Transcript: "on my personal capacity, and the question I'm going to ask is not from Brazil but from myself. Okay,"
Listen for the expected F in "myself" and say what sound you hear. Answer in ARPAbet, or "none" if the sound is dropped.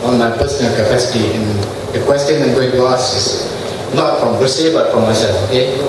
none